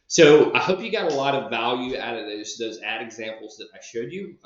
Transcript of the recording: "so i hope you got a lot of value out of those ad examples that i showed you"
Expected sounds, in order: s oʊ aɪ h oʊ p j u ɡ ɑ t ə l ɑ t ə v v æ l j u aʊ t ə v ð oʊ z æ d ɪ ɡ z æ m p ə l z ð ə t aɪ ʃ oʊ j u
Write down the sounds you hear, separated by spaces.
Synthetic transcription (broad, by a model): s oʊ aɪ h oʊ p j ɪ ɡ ɑ t ə l ɑ t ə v v æ l j u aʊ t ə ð ð oʊ z æ d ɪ ɡ z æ m p l z ð ə t aɪ ʃ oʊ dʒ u